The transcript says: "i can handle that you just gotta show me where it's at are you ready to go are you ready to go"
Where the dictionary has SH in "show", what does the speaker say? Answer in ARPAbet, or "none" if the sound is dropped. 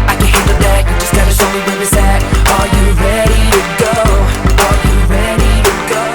S